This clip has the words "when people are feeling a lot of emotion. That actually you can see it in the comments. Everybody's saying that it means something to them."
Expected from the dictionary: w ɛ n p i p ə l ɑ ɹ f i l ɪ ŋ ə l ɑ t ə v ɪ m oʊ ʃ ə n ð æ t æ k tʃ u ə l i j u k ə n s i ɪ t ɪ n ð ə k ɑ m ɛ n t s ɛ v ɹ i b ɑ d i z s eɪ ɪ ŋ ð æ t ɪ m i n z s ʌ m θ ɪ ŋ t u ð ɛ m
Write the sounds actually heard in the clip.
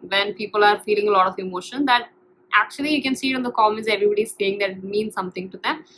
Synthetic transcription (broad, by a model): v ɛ n p i p ə l ɑ ɹ f i l ɪ ŋ ə l ɑ t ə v ɪ m oʊ ʃ ə n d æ t æ k tʃ u ə l i j u k ə n s i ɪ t ɪ n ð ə k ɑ m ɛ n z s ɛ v ɹ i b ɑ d i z s eɪ ɪ ŋ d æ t m i n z s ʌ m t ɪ ŋ t u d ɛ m